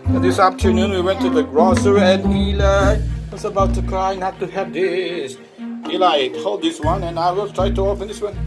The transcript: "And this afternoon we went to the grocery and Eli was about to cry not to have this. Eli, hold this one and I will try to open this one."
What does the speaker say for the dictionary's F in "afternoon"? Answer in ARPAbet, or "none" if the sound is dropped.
P